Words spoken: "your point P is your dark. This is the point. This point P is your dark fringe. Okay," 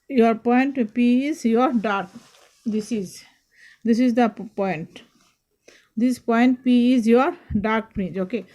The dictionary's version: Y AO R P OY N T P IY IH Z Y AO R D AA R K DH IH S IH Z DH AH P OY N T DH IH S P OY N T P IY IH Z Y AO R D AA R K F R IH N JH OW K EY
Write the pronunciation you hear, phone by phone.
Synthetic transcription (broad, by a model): Y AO R P OY N T P IY IH Z Y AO R D AA R K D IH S IH Z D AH P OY N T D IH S P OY N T P IY IH Z Y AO R D AA R K P R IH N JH OW K EY